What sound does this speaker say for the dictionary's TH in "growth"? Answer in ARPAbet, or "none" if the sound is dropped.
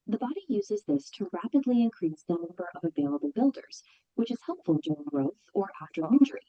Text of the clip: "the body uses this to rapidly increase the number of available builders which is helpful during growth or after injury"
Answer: TH